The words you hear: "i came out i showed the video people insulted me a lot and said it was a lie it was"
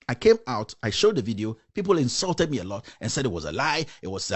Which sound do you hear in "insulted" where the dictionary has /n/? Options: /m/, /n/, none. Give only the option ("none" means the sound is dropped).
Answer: /n/